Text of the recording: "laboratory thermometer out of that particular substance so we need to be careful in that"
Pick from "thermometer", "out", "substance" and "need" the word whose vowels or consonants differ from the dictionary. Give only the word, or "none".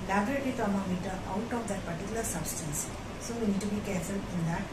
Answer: thermometer